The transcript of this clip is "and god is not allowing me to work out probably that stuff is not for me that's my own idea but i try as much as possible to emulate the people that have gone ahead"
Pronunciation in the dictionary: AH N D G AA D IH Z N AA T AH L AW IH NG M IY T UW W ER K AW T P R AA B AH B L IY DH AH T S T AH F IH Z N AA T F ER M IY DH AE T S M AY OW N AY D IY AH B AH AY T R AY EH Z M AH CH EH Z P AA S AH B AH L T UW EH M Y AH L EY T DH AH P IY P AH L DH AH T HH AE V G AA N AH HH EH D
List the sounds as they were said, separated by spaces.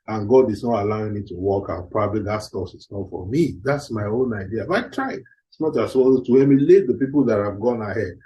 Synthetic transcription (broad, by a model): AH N G AA D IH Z N AA T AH L AW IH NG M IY T UW W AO K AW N P R AA B AH B L IY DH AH T S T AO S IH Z N AA T F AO M IY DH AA T S M AY OW N AY D IY AH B AY T R AY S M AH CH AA S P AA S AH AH T UW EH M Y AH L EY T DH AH P IY P AH L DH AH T HH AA V G AA N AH HH EH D